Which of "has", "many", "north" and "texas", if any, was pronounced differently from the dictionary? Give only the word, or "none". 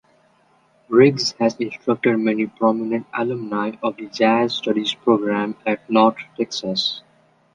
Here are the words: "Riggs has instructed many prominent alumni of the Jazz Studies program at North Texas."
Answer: north